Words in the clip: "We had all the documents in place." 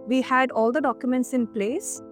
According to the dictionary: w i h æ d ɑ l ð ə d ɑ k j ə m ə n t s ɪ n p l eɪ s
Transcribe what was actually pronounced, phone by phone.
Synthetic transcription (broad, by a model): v i h æ d ɑ l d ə d ɑ k j ə m ə n t s ɪ n p l eɪ s